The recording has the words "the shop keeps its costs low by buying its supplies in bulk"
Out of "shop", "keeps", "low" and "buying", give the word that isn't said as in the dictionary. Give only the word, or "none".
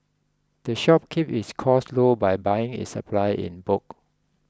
keeps